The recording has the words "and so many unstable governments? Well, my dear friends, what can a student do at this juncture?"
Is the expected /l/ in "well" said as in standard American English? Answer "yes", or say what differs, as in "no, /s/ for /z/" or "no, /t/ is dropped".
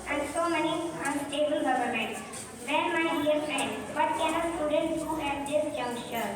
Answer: no, /n/ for /l/